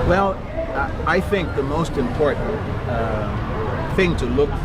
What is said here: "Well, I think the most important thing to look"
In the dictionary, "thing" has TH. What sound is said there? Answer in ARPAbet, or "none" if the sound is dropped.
TH